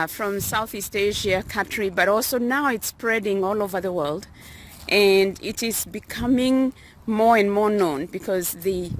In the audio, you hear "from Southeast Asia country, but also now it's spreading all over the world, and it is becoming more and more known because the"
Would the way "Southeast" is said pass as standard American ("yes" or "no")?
yes